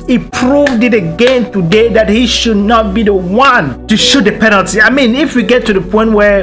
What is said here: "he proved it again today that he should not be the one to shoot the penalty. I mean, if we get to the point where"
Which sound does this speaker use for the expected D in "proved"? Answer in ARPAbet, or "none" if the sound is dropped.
D